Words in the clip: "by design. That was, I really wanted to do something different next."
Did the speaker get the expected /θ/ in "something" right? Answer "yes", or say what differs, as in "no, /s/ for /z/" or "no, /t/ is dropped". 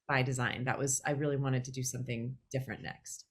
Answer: yes